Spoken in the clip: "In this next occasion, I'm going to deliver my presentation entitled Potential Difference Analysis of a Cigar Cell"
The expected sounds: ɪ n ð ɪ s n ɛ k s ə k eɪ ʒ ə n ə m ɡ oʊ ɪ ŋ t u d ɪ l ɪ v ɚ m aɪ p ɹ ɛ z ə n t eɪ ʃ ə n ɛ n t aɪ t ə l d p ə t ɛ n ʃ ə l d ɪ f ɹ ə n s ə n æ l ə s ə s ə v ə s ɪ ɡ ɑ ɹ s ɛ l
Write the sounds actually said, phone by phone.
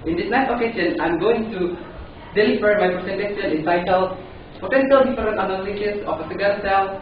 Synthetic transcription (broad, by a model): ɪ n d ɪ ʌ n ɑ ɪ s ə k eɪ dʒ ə n ə m ɡ oʊ ɪ ŋ t u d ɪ l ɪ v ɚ m aɪ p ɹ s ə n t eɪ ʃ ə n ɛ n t aɪ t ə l p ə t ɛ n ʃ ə l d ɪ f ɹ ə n ə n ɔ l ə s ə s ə p ə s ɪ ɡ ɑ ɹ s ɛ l